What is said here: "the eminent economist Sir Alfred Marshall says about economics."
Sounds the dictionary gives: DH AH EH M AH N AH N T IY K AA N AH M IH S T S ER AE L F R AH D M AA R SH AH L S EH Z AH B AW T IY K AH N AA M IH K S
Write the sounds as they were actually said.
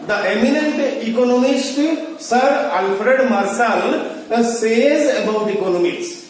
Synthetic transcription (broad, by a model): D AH EH M AH N AH N T IY K AA N AH M IH S T S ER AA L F R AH D M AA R S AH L S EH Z AH B AW T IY K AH N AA M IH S